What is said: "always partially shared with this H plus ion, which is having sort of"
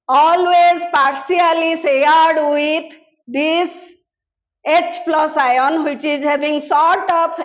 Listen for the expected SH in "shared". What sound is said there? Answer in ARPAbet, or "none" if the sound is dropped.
S